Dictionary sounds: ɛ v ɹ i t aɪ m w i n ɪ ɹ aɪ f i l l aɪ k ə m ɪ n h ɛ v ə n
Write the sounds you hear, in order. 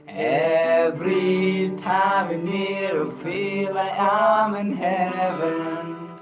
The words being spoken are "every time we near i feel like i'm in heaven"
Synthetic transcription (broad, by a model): ɛ v ɹ i t aɪ m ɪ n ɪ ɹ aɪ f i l l aɪ ə m ɪ n h ɛ v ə n